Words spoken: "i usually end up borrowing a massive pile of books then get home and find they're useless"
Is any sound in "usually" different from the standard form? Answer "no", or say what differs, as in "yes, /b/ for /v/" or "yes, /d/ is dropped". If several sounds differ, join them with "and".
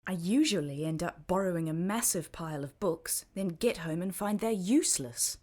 no